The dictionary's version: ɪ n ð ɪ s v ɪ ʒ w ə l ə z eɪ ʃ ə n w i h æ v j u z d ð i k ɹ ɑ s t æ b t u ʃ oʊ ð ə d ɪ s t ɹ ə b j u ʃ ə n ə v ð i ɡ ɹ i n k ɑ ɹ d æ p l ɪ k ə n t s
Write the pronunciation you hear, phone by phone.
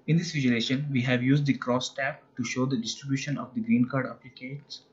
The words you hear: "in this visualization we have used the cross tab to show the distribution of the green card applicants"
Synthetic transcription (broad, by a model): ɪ n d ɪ s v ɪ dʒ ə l eɪ ʃ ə n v i h æ v j u z d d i k ɹ ɑ s t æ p t u ʃ oʊ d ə d ɪ s t ɹ ə b j u ʃ ə n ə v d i ɡ ɹ i n k ɑ ɹ d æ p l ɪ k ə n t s